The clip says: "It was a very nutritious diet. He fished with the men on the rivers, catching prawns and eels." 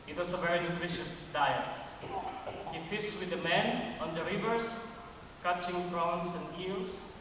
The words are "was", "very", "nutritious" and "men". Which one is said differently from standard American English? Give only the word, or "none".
was